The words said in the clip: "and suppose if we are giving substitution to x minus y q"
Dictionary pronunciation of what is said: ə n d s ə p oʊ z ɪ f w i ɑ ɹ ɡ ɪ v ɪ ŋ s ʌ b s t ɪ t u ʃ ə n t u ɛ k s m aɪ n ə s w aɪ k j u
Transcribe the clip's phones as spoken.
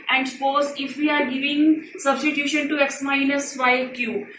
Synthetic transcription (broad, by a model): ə n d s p oʊ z ɪ f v i ɑ ɹ ɡ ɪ v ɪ ŋ s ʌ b s t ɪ t u ʃ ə n t u ɛ k s m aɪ l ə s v aɪ k j u